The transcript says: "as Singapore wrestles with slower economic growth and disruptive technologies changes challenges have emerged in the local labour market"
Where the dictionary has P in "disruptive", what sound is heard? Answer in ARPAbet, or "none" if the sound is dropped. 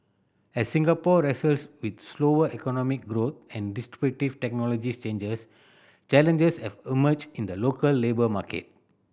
B